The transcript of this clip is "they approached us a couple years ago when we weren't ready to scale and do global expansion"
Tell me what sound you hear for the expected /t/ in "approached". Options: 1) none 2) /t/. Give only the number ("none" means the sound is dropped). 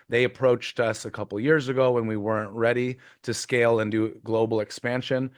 2